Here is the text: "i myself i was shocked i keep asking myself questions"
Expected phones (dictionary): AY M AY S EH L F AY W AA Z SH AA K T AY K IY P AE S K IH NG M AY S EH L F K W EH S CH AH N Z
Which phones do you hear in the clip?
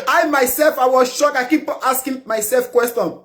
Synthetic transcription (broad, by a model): AY M AY S EH L F AY W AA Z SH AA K AY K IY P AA S K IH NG M AY S EH L F K W EH S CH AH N